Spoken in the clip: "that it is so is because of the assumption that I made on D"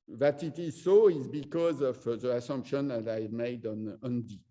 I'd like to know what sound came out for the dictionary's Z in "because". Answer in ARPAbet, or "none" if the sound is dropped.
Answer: Z